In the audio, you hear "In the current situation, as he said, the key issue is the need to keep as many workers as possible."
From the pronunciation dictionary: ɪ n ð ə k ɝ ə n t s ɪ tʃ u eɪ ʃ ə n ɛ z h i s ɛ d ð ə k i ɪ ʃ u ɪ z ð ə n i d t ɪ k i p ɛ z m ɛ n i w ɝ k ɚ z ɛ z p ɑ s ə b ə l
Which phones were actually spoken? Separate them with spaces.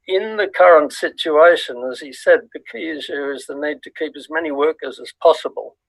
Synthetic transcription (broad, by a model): ɪ n ð ə k ɝ ə n t s ɪ tʃ u eɪ ʃ ə n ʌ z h i s ɛ d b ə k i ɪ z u ɪ z ð ə n i d t ɪ k i p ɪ z m ɛ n i w ɝ k ɚ z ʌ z p ɑ s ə b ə l